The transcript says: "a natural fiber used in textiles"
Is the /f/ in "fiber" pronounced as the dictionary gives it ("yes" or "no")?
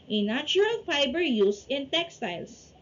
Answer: no